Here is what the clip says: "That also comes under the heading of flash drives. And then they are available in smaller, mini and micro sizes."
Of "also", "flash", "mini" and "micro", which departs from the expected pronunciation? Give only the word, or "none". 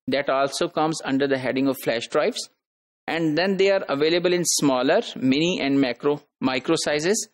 none